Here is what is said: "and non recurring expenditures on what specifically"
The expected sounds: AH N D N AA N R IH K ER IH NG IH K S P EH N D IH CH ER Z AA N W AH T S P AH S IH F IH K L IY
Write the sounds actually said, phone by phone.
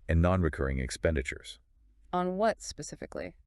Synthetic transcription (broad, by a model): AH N N AA N R IH K ER IH NG IH K S P EH N D IH CH ER Z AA N W AH T S P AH S IH F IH K L IY